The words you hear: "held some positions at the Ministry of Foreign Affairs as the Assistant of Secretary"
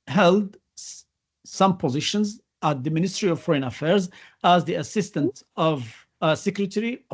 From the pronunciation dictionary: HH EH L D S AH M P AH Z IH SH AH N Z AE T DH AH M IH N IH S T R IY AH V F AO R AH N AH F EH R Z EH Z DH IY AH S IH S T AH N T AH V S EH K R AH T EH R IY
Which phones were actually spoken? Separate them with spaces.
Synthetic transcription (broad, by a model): HH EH L D S AH M P AH Z IH SH AH N Z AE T DH AH M IH N IH S T R IY AH V F AO R AH N AH F EH R Z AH Z DH IY AH S IH S T AH N T AH V S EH K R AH T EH R IY